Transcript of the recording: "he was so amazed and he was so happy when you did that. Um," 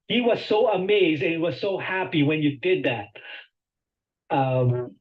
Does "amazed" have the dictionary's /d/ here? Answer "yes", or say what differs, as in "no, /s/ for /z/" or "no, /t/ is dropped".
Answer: yes